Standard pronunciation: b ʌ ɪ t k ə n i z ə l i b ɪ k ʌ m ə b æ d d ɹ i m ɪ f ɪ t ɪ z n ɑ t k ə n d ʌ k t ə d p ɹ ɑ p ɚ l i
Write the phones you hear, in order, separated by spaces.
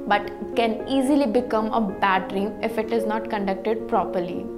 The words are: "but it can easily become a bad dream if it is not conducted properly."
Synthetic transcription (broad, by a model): b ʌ t k ə n i z ə l i b ɪ k ʌ m ə b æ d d ɹ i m ɪ f ɪ t ɪ z n ɑ t k ə n d ʌ k t ə d p ɹ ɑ p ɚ l i